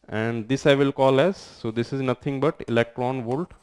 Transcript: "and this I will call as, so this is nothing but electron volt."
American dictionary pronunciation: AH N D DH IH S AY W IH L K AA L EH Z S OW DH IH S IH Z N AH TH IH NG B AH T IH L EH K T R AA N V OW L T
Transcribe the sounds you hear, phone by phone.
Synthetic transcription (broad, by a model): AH N D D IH S AY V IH L K AA L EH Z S OW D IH S IH Z N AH T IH NG B AH T IH L EH K T R AA N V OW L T